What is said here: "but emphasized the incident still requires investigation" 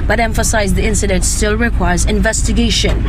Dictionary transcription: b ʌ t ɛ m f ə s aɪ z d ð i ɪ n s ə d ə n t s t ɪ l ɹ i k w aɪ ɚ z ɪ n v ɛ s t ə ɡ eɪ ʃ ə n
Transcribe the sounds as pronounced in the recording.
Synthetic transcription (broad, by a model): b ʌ t ɛ m f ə s aɪ z ð i ɪ n s ə d ə n t s t ɪ l ɹ i k w aɪ ɚ z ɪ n v ɛ s t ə ɡ eɪ ʃ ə n